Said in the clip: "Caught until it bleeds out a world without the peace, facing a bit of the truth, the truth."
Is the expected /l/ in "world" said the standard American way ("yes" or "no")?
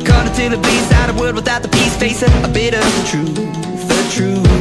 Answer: no